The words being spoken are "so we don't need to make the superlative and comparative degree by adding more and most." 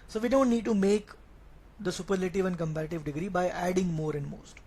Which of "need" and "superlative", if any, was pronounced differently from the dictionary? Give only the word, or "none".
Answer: none